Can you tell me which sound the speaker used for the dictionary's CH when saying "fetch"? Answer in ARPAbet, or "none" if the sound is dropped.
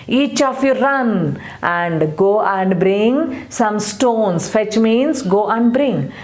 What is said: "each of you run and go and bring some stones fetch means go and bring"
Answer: CH